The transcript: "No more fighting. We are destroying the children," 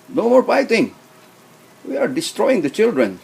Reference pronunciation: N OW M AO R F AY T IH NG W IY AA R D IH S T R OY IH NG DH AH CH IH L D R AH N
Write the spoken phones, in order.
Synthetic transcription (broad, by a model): N OW M AO R P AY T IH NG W IY AA R D IH S T R OY IH NG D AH CH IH L D R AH N